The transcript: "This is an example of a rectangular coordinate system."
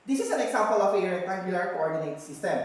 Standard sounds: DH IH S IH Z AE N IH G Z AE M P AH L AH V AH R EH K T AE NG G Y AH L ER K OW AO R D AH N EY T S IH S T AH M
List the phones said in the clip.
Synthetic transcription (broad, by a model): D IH S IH S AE N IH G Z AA M P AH L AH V AH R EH T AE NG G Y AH L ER K OW AO R D AH N EY T S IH S T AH M